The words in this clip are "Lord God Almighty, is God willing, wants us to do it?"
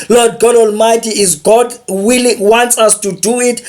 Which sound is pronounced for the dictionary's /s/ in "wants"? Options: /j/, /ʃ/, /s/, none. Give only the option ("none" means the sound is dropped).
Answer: /s/